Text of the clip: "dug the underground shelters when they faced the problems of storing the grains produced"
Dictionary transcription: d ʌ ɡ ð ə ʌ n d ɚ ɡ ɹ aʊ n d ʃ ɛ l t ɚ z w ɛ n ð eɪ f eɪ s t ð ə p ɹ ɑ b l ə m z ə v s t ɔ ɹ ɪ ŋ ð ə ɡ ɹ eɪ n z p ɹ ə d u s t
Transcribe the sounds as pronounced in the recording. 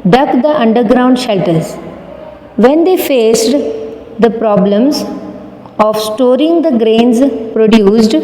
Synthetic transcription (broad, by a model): d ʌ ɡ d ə ʌ n d ɚ ɡ ɹ aʊ n d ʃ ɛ l t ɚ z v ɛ n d eɪ f eɪ s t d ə p ɹ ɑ b l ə m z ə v s t ɔ ɹ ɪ ŋ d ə ɡ ɹ eɪ n z p ɹ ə d u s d